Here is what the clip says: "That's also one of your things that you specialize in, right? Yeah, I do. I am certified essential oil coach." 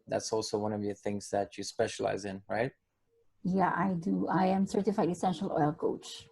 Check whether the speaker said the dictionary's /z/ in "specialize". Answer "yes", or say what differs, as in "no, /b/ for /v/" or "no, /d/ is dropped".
yes